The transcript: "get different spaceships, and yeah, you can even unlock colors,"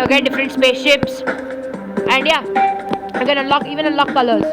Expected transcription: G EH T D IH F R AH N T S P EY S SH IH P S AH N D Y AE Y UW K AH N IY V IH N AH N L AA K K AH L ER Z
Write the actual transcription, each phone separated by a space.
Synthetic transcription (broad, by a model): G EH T D IH F R AH N T S P EY S SH IH P S AH N D Y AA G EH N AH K IY V IH N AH L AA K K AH L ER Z